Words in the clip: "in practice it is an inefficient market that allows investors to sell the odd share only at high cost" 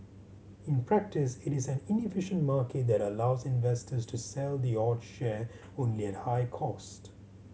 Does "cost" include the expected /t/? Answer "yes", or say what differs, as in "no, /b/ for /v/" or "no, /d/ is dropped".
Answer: yes